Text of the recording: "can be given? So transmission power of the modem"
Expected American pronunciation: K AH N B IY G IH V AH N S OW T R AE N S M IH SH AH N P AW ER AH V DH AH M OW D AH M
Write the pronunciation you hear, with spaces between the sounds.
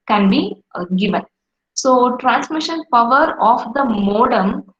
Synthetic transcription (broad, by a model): K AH N B IY G IH V AH N S OW T R AE N S M IH SH AH N P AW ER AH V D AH M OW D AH M